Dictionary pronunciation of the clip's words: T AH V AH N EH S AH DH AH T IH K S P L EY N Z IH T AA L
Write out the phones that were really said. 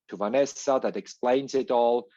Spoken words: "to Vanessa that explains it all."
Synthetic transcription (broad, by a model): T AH V AH N EH S AH DH AH T IH K S P L EY N Z IH T AA L